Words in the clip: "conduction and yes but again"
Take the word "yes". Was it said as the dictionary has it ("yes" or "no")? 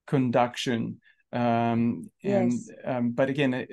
no